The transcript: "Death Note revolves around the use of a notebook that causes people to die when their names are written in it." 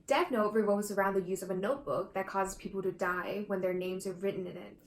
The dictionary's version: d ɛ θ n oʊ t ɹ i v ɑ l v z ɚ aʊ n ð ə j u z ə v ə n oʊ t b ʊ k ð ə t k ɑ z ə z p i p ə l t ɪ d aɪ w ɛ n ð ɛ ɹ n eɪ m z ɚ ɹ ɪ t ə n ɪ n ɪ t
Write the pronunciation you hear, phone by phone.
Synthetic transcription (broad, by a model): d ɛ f n oʊ t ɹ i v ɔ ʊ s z ɚ aʊ n ð ə j u z ə v ə n oʊ t b ʊ k ð ə t k ɑ z ə z p i p l t ɪ d aɪ w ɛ n ð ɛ ɹ n eɪ m z ɚ ɹ ɪ t n ɪ n ɪ t